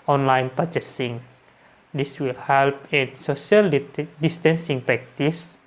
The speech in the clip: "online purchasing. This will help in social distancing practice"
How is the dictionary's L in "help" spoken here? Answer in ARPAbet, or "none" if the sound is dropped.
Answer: L